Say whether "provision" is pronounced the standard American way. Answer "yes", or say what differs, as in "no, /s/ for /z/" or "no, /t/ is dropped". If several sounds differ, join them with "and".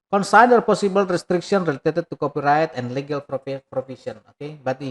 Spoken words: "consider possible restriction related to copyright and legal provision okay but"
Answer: no, /s/ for /ʒ/